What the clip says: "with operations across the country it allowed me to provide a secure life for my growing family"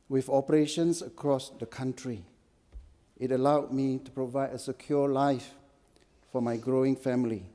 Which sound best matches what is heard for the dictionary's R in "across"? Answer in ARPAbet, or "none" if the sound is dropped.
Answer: R